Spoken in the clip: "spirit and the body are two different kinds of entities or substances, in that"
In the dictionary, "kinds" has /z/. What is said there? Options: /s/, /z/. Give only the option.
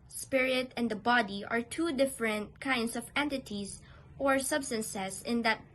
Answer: /s/